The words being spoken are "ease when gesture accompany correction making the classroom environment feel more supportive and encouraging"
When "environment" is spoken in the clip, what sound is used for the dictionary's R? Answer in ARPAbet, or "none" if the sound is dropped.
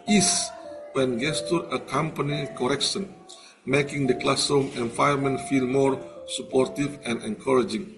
none